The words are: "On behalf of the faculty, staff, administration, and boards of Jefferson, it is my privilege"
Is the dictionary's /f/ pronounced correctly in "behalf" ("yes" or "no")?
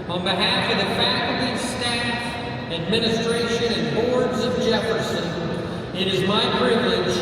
yes